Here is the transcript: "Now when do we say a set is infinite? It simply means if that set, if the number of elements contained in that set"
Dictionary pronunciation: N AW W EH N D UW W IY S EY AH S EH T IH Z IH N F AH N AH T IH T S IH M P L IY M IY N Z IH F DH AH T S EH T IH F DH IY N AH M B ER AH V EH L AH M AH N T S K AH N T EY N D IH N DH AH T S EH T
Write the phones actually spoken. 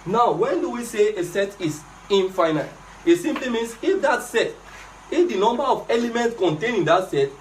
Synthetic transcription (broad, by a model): N AW W EH N D UW W IY S EY AH S EH T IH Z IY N F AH N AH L IH T S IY M P L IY M IY N S IH F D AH T S EH T IH F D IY N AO M B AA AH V EH L AH M AH N T S K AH N T EY N IH N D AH T S EH T